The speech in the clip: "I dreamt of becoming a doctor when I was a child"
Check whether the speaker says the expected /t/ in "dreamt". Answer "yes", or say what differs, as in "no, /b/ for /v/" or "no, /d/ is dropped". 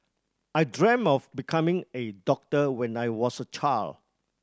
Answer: no, /t/ is dropped